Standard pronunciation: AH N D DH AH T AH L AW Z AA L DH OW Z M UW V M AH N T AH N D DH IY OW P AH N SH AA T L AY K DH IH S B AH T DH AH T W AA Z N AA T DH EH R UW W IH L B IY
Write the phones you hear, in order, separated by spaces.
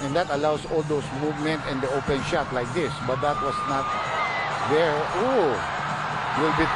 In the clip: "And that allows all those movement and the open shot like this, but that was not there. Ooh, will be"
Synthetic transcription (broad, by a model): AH N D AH T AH L AW S AA L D OW S M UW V M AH N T AH N D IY OW P AH N SH AA T L AY K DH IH S B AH T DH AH T W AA S N AA T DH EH R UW W IH L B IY